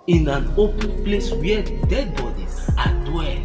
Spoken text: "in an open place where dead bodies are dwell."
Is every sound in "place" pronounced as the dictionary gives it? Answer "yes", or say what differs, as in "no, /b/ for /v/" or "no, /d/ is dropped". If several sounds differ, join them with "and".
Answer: yes